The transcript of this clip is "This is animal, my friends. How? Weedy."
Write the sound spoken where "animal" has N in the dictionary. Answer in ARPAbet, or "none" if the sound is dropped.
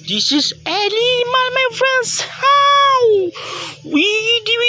L